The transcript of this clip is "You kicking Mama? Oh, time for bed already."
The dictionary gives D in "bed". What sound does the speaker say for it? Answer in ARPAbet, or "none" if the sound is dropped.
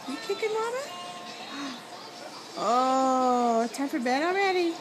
D